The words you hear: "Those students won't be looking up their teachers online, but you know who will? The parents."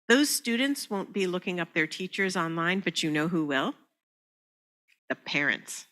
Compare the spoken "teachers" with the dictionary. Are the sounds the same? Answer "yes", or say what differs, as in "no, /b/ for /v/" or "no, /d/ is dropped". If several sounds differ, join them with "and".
yes